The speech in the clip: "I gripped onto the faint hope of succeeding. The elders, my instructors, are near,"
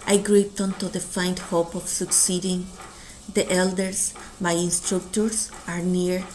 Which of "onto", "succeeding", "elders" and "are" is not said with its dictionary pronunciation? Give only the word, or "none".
elders